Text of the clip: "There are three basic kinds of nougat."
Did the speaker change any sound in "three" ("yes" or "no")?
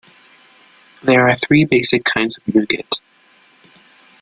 no